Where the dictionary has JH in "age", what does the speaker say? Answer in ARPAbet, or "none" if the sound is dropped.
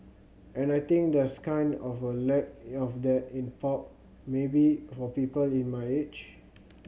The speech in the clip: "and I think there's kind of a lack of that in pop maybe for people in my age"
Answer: CH